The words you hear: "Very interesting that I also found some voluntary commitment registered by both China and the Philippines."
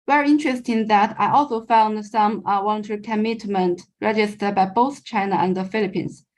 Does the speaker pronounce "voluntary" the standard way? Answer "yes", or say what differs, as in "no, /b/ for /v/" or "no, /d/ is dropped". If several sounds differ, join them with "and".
no, /w/ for /v/